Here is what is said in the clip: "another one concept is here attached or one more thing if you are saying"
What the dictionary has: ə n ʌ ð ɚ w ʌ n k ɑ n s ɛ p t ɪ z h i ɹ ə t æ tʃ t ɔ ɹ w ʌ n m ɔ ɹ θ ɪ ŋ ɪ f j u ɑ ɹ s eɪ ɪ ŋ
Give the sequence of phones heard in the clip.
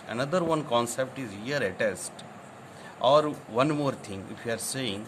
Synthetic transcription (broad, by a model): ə n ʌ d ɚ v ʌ n k ɑ n s ɛ p t ɪ z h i ɹ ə t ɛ s t ɔ ɹ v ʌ n m ɔ ɹ t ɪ ŋ ɪ f j u ɑ ɹ s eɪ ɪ ŋ